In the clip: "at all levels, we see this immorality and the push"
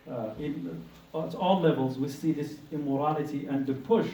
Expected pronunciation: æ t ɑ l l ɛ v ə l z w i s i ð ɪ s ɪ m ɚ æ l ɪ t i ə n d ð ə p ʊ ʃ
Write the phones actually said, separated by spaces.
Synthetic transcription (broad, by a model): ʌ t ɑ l l ɛ v ə l z w i s i ð ɪ s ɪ m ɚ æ l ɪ t i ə n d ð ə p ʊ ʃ